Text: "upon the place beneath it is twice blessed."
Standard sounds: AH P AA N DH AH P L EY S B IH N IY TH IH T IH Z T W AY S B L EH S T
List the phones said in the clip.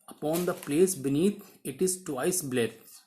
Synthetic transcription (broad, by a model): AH P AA N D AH P L EY S B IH N IY T IH T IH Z T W AY S B L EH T